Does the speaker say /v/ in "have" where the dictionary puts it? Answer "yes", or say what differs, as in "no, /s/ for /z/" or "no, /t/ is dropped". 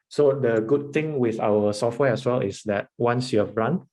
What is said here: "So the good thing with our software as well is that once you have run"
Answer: no, /b/ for /v/